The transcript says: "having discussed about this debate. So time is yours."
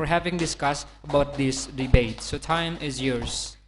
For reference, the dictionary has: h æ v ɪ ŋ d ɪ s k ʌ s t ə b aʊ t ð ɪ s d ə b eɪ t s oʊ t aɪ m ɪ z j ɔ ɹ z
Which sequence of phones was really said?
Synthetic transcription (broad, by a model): h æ v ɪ ŋ d ɪ s k ʌ s t ə b aʊ t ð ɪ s d ə b eɪ t s oʊ t aɪ m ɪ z j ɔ ɹ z